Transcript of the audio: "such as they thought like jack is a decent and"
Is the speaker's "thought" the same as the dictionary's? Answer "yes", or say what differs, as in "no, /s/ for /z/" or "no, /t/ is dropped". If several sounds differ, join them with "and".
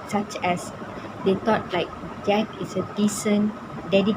no, /t/ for /θ/